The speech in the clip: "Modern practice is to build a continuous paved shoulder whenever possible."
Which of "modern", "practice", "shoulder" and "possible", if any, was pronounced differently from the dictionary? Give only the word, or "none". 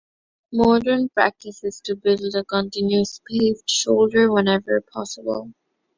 none